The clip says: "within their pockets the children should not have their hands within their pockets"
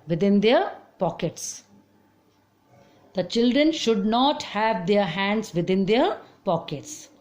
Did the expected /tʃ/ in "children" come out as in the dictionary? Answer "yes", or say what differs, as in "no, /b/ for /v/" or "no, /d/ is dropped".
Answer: yes